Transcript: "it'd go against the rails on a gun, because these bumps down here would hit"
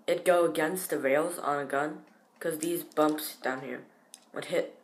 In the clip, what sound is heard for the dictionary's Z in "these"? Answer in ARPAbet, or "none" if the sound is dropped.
Z